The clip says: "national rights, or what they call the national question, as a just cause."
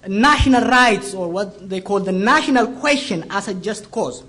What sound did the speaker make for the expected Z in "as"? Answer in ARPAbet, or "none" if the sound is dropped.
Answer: S